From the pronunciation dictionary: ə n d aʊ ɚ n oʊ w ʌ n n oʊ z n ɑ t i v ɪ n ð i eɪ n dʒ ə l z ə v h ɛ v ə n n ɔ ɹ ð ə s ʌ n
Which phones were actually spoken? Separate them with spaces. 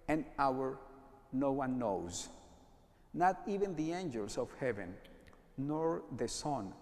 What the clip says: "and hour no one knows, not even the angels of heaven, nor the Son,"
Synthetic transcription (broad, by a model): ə n aʊ ɚ n oʊ w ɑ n n oʊ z n ɑ t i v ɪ n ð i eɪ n dʒ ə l s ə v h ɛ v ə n n ɔ ɹ ð ə s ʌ n